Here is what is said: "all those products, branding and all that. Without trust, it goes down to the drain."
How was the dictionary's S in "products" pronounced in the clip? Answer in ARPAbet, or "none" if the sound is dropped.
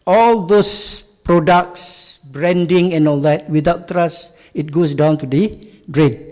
S